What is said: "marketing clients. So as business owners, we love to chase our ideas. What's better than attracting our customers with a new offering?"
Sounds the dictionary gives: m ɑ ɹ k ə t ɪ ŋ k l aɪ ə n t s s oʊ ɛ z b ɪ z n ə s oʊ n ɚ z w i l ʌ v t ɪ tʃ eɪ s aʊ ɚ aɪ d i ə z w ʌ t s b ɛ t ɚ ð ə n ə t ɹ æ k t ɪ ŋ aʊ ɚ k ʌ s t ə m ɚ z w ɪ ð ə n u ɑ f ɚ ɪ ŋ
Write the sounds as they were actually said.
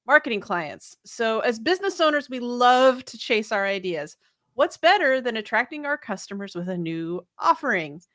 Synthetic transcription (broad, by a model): m ɑ ɹ k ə t ɪ ŋ k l aɪ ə n t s s oʊ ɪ z b ɪ z n ə s oʊ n ɚ z w i l ʌ v t ɪ tʃ eɪ s aʊ ɚ aɪ d i ə z w ʌ t s b ɛ t ɚ ð ə n ə t ɹ æ k t ɪ ŋ aʊ ɚ k ʌ s t ə m ɚ z w ɪ ð ə n u ɑ f ɚ ɪ ŋ